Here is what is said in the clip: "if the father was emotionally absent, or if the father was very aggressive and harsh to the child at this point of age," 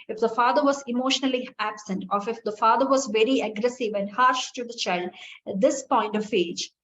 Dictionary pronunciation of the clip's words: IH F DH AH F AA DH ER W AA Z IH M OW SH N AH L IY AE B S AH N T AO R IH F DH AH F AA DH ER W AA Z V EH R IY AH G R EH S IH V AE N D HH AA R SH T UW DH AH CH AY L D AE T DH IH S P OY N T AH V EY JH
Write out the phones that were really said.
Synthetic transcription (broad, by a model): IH F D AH F AA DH ER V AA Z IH M OW SH N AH L IY AE B S AH N T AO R IH F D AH F AA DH ER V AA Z V EH R IY AH G R EH S IH V AE N D HH AA R SH T UW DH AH CH AY L D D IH S P OY N T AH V EY JH